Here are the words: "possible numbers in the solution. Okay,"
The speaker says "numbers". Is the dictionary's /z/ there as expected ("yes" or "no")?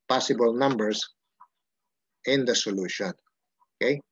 no